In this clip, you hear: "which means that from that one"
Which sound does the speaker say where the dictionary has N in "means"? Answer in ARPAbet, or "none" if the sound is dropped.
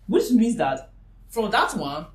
none